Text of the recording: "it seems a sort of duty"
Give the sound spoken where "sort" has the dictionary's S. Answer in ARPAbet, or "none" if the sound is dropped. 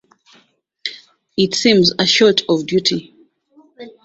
SH